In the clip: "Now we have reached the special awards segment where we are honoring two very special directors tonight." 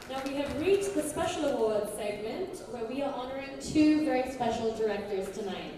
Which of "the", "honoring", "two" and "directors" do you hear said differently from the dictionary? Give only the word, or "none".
none